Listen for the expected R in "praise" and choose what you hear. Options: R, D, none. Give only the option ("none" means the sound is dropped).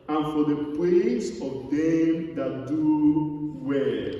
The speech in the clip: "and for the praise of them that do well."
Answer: none